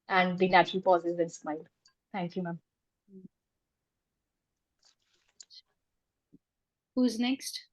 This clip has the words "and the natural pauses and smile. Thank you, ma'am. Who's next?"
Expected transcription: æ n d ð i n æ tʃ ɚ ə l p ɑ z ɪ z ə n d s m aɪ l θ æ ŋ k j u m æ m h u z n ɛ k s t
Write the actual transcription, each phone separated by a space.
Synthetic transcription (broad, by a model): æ n d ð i n æ tʃ ɚ ə l p ɑ z ɪ z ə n s m aɪ l t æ ŋ k j u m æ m h u z n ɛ k s t